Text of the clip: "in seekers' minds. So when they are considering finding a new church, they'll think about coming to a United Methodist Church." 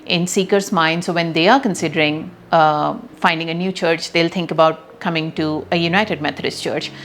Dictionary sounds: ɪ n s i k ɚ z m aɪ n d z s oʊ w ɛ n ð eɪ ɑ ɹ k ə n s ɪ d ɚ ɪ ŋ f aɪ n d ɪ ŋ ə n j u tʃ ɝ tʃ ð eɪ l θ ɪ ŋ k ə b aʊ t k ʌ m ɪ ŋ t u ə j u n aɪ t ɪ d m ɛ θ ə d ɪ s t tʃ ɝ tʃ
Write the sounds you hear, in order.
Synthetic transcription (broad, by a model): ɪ n s i k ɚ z m aɪ n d s oʊ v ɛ n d eɪ ɑ ɹ k ə n s ɪ d ɚ ɪ ŋ f aɪ n d ɪ ŋ ə n j u tʃ ɝ tʃ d eɪ l t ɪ ŋ k ə b aʊ t k ʌ m ɪ ŋ t u ə j u n aɪ t ɪ d m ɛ t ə d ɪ s t tʃ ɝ tʃ